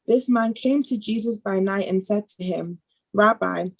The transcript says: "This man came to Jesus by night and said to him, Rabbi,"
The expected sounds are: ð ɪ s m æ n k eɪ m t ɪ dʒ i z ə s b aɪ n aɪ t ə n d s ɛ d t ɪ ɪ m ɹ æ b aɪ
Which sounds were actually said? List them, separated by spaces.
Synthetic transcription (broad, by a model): ð ɪ s m æ n k eɪ m t ɪ dʒ i z ə s b aɪ n aɪ t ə n s ɛ d t ɪ ɪ m ɹ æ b aɪ